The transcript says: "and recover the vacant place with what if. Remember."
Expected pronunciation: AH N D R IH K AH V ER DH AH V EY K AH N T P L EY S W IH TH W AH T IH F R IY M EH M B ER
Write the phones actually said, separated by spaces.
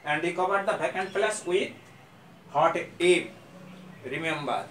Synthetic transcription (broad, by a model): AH N D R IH K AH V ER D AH B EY K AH N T P L EY S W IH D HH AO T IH P R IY M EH M B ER